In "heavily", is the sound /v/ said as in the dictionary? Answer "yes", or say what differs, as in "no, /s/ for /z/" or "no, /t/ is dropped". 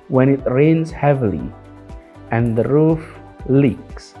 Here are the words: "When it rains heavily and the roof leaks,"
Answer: yes